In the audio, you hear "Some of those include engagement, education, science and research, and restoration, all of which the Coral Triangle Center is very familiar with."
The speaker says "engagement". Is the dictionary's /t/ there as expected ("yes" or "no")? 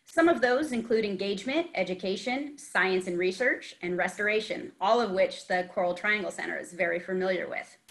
yes